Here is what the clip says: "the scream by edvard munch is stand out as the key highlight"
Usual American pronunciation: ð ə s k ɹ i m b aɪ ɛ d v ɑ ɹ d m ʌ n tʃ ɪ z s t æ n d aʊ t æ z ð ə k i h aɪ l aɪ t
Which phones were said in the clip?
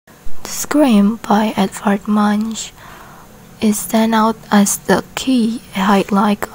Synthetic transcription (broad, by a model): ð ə s k ɹ i m b aɪ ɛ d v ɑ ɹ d m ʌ n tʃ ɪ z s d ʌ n aʊ t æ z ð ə k i h aɪ l aɪ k